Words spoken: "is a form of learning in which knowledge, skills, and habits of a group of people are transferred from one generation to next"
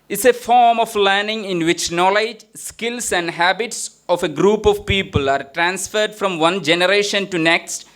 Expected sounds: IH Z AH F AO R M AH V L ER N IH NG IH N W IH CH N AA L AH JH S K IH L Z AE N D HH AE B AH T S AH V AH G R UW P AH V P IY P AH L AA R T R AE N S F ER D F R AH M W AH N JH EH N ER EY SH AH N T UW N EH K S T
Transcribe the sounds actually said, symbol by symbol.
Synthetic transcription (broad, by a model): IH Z AH F AO R M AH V L ER N IH NG IH N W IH CH N AA L AH JH S K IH L S AE N D HH AE B AH T S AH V AH G R UW P AH V P IY P AH L AA R T R AE N S F ER D F R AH M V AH N JH EH N ER EY SH AH N T UW N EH K S T